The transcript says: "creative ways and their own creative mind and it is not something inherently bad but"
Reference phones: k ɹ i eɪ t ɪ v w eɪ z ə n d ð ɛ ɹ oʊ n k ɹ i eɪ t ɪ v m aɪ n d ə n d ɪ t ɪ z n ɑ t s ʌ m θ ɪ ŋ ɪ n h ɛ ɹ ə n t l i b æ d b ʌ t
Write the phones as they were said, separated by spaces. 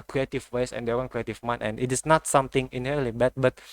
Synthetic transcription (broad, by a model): k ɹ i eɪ t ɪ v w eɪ s ə n d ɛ w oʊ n k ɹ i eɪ t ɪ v m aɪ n ə n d ɪ t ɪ s n ɑ t s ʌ m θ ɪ ŋ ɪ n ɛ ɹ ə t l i b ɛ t b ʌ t